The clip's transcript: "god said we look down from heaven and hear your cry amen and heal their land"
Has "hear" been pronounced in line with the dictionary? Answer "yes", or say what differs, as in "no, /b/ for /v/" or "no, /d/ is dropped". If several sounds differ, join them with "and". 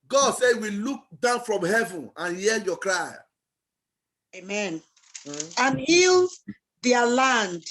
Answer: no, /l/ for /ɹ/